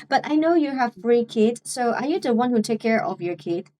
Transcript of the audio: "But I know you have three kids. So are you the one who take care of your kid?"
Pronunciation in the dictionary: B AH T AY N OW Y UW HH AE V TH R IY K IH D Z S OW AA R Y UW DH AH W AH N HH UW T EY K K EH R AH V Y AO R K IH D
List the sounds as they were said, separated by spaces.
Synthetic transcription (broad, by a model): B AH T AY N OW Y UW HH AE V F R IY K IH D S OW AA R Y UW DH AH W AH N HH UW T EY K K EH R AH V Y AO R K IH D